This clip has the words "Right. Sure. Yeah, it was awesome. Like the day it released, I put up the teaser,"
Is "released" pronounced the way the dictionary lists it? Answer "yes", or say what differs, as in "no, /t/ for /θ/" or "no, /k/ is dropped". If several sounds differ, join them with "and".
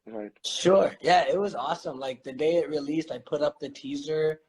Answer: yes